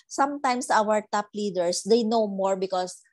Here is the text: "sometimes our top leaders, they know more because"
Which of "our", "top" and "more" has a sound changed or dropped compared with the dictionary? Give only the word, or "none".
none